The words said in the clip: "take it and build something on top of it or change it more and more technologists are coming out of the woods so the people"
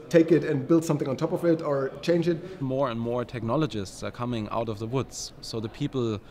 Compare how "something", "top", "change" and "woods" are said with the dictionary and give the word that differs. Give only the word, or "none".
none